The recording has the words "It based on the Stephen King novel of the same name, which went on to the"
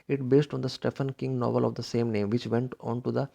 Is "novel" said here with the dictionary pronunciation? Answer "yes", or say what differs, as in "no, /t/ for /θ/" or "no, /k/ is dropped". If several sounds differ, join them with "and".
yes